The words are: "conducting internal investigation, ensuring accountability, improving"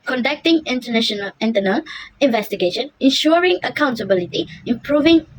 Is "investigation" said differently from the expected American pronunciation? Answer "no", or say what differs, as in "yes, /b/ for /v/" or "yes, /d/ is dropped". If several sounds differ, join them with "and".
no